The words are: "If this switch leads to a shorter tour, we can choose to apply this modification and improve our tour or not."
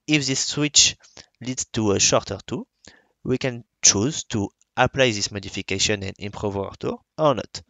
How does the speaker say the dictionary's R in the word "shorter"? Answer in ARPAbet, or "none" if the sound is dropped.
R